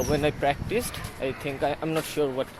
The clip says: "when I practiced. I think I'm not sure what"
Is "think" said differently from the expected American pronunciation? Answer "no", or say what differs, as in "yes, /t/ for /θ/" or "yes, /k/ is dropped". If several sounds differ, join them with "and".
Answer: yes, /t/ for /θ/